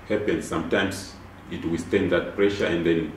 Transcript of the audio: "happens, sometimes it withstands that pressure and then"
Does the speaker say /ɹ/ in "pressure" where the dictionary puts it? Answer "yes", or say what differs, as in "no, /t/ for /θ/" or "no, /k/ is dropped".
yes